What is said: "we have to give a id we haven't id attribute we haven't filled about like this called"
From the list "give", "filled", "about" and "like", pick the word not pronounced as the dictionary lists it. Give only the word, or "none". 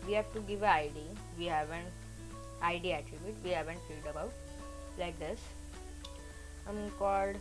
filled